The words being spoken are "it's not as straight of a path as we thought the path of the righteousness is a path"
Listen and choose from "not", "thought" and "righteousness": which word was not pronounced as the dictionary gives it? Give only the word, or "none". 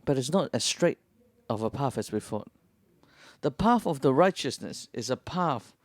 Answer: thought